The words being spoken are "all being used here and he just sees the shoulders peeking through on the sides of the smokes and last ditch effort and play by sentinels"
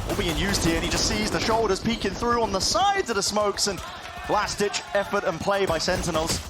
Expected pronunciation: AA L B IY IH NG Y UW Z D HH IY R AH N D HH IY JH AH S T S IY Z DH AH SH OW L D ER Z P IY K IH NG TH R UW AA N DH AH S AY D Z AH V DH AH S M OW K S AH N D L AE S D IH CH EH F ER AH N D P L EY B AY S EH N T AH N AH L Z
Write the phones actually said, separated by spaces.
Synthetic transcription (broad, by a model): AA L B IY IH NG Y UW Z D HH IY R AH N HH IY JH AH S T S IY Z DH AH SH OW L D ER Z P IY K IH NG TH R UW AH N DH AH S AY D Z AH V DH AH S M OW K S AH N L AE S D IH CH EH F ER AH N P L EY B AY S EH N T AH N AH L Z